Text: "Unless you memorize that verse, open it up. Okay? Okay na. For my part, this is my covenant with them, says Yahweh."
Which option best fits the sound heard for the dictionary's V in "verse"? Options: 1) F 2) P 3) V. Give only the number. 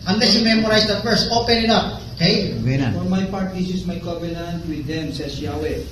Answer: 1